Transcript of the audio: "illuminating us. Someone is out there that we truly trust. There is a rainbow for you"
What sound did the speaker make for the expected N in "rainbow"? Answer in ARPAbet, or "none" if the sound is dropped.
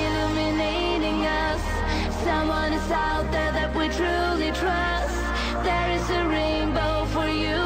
N